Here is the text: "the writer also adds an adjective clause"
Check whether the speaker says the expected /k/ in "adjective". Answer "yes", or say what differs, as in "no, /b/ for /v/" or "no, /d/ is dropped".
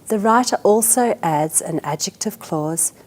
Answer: yes